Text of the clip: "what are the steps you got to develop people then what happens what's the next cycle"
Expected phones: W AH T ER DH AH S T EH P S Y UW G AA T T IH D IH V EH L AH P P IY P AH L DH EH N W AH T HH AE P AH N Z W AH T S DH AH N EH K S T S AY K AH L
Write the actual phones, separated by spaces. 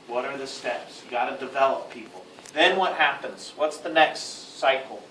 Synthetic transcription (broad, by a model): W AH T ER DH AH S T EH P S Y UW G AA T T IH D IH V EH L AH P P IY P L DH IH N W AH T HH AE P AH N Z W AH T S DH AH N EH K S T S AY K L